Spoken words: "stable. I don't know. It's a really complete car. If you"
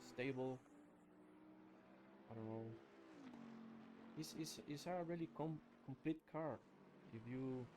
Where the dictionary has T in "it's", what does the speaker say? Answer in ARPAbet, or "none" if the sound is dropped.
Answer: S